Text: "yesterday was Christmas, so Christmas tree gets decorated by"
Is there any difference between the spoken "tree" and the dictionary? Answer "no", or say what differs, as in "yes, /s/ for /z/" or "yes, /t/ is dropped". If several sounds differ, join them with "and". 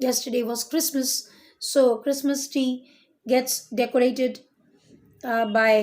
yes, /ɹ/ is dropped